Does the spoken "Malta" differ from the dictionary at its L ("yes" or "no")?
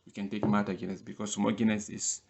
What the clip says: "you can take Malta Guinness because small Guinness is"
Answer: yes